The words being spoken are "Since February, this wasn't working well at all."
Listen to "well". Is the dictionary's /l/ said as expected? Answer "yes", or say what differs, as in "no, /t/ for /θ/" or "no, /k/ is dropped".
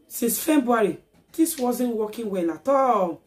no, /n/ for /l/